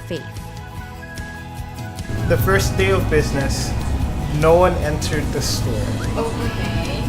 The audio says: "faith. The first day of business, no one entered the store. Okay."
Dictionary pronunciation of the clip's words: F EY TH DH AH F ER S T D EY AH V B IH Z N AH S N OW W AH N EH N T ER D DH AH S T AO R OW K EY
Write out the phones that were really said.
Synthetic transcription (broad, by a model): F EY DH AH F ER S D EY AH V B IH Z N AH S N OW W AH N EH N T ER D DH AH S T AO R